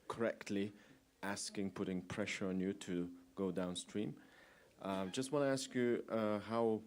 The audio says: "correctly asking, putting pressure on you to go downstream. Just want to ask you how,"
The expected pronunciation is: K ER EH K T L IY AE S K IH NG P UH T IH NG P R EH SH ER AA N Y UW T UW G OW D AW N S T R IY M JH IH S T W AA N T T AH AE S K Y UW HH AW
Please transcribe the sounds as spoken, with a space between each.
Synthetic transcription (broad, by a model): K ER EH K T L IY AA S K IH NG P UH T IH NG P R EH SH ER AA N Y UW T UW G OW D AW N S T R IY M JH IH S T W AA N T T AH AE S K Y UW HH AW